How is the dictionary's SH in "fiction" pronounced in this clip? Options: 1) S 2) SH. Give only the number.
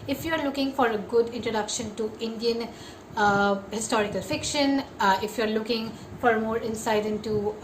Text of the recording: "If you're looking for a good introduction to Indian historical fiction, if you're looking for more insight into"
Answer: 2